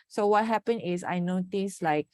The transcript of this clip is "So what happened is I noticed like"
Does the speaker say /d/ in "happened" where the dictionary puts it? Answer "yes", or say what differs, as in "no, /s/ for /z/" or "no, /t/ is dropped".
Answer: no, /d/ is dropped